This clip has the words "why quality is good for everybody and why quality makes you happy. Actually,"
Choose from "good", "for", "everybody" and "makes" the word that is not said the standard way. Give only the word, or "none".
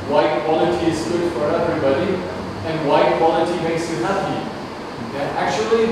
makes